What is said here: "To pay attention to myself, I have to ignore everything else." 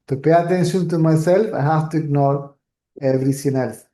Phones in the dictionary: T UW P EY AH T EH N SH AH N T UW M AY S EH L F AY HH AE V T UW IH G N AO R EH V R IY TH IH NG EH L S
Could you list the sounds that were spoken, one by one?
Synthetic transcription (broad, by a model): T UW P EY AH T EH N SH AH N T UW M AY S EH L F AY HH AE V T UW IH G N AO R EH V R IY S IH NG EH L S